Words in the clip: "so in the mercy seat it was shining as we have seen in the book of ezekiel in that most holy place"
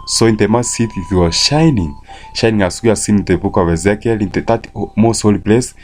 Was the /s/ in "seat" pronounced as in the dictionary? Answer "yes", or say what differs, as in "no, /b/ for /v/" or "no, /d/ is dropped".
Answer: no, /θ/ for /s/